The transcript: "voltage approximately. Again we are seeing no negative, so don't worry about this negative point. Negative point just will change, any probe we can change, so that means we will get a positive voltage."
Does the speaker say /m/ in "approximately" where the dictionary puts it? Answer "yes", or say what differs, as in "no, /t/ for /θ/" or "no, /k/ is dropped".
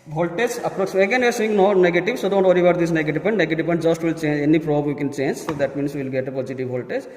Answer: no, /m/ is dropped